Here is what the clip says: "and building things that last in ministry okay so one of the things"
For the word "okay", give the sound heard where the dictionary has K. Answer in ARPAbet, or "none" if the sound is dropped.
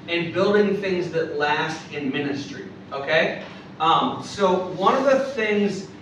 K